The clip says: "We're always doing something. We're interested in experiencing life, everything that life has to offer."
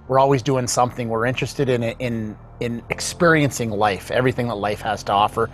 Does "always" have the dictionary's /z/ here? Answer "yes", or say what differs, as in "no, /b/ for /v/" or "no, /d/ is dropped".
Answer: yes